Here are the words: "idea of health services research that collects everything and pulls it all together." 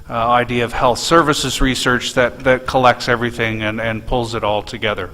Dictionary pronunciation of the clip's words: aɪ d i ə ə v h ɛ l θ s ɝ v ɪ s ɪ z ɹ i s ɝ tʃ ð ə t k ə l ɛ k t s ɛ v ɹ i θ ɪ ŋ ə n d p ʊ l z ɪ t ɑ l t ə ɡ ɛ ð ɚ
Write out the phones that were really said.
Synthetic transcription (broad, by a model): aɪ d i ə ə v h ɛ l θ s ɝ v ɪ s ɪ z ɹ i s ɝ tʃ ð ə t k ə l ɛ k t s ɛ v ɹ i θ ɪ ŋ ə n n p ʊ l z ɪ t ɑ l t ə ɡ ɛ ð ɚ